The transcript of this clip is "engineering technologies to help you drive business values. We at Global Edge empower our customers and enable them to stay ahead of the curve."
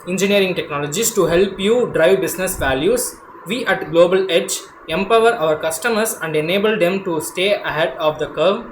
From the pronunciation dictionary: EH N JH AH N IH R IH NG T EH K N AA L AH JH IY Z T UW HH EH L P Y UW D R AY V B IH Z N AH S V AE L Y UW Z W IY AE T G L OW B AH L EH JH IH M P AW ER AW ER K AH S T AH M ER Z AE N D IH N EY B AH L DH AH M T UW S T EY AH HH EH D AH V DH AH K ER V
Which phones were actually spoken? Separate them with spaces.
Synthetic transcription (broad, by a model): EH N JH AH N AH R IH NG T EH K N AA L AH JH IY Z T UW HH EH L P Y UW D R AY V B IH S N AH S V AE L Y UW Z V IY AE T G L OW B AH L EH JH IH M P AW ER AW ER K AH S T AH M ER S AE N D IH N EY B AH L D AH M T UW S T EY AH HH EH D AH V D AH K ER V